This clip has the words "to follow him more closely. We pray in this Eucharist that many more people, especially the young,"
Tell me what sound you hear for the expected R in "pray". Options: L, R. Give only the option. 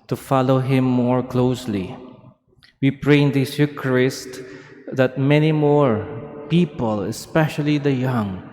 R